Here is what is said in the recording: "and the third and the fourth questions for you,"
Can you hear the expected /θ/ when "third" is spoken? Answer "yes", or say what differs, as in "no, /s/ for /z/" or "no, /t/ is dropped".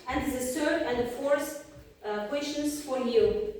no, /s/ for /θ/